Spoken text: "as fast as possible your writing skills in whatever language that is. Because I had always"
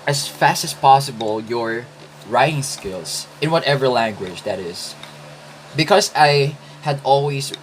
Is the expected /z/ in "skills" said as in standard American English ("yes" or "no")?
no